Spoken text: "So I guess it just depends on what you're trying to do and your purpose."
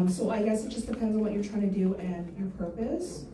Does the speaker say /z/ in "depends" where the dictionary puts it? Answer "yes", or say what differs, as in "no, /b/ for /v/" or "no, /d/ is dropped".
yes